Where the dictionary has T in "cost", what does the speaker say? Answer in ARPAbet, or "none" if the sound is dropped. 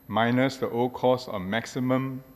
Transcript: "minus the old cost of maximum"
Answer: none